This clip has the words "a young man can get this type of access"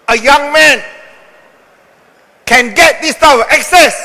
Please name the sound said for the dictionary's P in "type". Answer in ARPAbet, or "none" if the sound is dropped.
none